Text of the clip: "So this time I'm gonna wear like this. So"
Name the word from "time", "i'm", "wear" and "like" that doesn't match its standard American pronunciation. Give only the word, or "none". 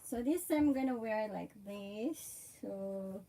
time